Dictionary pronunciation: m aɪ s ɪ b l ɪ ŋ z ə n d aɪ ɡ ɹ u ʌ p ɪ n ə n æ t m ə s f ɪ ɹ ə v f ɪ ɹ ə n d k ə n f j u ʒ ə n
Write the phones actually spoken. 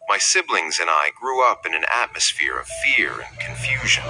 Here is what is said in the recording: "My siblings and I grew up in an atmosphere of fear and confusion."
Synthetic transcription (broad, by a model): m aɪ s ɪ b l ɪ ŋ z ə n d aɪ ɡ ɹ u ʌ p ɪ n ə n æ t m ə s f ɪ ɹ ə v f ɪ ɹ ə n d k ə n f j u ʒ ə n